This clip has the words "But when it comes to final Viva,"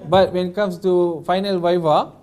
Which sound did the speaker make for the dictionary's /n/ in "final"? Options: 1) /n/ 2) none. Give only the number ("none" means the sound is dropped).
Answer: 1